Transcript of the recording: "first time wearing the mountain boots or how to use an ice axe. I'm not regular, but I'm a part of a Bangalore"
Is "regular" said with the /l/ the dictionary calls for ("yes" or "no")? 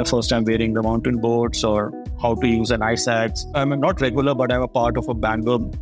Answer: yes